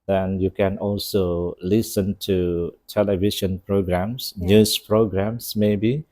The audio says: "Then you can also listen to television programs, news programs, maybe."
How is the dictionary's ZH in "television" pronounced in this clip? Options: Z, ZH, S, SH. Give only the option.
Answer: SH